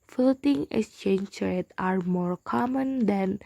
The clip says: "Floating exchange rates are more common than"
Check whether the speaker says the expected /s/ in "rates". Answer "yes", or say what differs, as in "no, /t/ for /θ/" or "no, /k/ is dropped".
no, /s/ is dropped